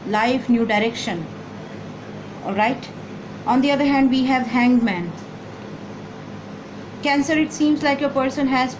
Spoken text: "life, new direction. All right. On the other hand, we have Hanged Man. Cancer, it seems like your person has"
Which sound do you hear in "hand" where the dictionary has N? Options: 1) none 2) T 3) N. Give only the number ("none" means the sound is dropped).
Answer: 3